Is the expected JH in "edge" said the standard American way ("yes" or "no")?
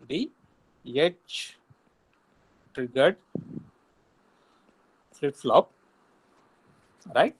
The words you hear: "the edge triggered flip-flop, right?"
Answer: no